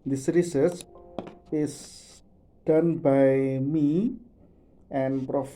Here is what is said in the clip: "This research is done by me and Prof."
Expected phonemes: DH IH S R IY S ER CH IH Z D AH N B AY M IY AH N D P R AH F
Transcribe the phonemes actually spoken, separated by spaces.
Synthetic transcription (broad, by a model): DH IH S R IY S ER S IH S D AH N B AY M IY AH N P R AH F